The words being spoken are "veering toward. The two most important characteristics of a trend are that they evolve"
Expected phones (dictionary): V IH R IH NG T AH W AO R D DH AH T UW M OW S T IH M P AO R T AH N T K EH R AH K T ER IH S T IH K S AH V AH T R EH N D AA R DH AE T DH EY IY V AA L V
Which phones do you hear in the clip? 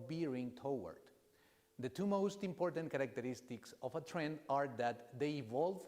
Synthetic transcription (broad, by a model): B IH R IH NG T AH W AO R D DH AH T UW M OW S T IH M P AO R T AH N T K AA R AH K T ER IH S T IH K S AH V AH T R EH N D AA R DH AE T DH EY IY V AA L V